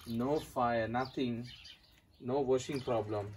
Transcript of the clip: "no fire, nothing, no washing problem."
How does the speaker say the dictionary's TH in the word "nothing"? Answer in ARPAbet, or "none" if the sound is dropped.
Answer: T